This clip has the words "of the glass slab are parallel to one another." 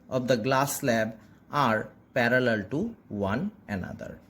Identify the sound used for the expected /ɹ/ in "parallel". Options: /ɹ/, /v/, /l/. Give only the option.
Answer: /ɹ/